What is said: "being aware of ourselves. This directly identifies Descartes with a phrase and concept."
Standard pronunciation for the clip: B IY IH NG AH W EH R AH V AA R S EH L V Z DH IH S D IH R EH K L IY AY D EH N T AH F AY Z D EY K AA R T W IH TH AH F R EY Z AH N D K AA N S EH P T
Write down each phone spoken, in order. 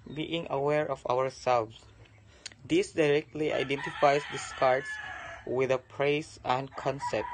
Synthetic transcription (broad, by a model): B IY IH NG AH W EH R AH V AA R S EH L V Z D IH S D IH R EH K L IY AY D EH N T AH F AY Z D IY K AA R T W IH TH AH P R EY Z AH N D K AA N S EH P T